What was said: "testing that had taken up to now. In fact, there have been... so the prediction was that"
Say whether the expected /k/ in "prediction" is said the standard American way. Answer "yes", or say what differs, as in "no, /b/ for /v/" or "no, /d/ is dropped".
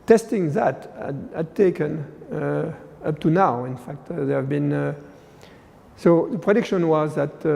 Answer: yes